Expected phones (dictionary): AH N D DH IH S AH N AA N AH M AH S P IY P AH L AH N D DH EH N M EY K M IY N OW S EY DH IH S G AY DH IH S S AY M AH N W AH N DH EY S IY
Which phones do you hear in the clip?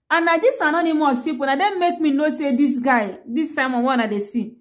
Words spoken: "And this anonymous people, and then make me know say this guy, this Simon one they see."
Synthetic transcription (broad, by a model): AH N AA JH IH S AH N AA N AH M AH S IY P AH N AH D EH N M EY K M IY N OW S EY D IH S G AY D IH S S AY M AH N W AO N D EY S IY